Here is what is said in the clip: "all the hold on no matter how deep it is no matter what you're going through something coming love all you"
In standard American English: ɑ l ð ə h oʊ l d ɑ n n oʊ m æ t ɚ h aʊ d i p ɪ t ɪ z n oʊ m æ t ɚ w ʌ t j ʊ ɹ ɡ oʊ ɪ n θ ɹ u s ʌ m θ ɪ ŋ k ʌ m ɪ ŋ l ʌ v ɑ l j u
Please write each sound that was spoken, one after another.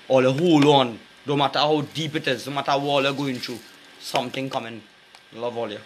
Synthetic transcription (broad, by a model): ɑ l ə h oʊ l ɑ n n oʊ m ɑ t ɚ h aʊ d i p ɪ t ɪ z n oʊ m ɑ t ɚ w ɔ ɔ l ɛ ɡ oʊ ɪ n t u s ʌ m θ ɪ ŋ k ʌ m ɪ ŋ l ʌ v ɑ l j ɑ